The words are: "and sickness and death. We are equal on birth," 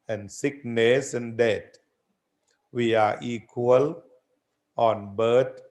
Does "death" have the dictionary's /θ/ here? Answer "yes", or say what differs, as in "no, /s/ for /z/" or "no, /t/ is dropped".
no, /t/ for /θ/